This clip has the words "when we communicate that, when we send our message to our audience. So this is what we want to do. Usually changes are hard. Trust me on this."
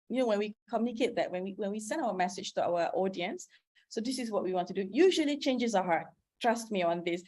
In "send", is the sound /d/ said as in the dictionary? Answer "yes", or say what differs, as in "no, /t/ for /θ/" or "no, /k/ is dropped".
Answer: yes